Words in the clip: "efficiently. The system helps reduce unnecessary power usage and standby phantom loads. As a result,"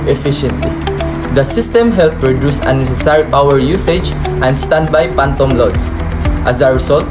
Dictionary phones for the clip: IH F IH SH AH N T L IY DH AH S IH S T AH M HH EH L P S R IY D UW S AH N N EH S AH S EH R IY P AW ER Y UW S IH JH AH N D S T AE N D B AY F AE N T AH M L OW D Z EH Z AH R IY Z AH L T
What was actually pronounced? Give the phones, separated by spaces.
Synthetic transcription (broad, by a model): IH F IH SH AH N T L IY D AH S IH S T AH M HH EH L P R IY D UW S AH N N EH S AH S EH R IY P AW ER Y UW S IH JH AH N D S T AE N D B AY P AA N T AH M L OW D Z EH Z AH R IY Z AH L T